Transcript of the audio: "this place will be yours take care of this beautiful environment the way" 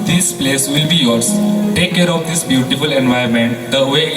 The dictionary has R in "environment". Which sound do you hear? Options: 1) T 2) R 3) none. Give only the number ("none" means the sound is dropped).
3